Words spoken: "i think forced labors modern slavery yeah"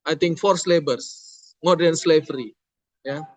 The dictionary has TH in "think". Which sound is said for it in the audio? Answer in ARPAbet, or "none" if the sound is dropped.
T